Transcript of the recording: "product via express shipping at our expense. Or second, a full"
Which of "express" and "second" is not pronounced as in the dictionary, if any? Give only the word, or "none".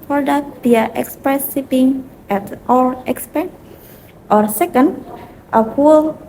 none